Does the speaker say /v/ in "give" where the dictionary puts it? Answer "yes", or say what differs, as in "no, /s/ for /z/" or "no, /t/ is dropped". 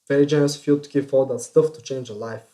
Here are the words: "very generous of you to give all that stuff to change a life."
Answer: no, /f/ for /v/